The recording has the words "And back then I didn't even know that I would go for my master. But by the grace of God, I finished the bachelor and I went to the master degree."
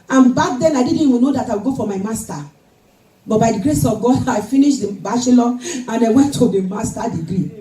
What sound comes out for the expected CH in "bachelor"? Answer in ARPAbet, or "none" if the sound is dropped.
S